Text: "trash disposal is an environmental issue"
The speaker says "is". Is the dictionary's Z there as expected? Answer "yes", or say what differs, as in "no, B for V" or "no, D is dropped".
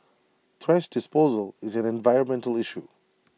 yes